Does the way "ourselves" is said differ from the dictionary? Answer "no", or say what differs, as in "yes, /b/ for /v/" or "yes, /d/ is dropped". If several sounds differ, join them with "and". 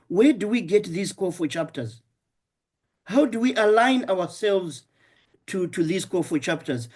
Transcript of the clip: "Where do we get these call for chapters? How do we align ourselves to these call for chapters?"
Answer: yes, /w/ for /ɹ/